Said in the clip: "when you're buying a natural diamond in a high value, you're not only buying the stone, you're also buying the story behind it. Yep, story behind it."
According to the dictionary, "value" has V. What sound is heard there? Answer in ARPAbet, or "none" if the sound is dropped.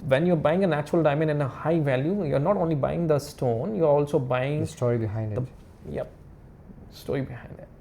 V